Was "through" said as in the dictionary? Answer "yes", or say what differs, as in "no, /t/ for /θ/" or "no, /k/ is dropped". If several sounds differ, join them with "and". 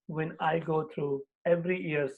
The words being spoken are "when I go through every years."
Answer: no, /t/ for /θ/